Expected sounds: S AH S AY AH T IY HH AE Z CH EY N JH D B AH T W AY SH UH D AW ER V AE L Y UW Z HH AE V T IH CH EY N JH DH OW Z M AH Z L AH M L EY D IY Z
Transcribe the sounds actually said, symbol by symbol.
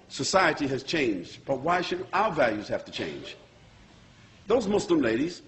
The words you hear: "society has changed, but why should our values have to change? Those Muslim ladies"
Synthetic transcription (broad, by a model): S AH S AY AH T IY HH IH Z CH EY N JH D B AH T W AY SH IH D AW ER V AE L Y UW Z HH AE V T IH CH EY N JH DH OW Z M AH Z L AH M L EY D IY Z